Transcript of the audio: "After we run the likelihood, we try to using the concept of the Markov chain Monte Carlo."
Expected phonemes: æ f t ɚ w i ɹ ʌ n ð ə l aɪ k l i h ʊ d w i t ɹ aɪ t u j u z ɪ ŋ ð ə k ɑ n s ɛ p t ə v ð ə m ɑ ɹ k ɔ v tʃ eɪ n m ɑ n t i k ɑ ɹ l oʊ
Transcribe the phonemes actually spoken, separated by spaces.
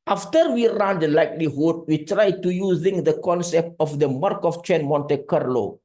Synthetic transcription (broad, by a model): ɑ f t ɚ w i ɹ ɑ n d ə l aɪ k l i h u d w i t ɹ aɪ t u j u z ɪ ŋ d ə k ɑ n s ɛ p t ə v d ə m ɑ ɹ k ɔ f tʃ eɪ n m ɑ n t i k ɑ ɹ l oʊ